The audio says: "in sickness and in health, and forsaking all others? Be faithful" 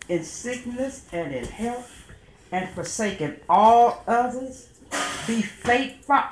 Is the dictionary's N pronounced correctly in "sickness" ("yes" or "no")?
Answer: yes